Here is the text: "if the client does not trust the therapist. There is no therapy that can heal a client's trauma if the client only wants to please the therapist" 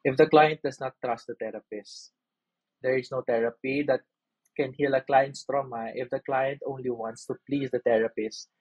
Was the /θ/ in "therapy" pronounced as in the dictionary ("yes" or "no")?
no